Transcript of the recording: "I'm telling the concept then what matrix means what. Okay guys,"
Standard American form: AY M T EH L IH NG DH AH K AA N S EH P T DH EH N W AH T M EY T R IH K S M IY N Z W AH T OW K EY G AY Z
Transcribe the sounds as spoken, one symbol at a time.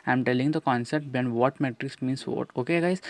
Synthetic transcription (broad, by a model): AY M T EH L IH NG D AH K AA N S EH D T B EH N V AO T M EY T R IH K S M IY N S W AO T OW K EY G AY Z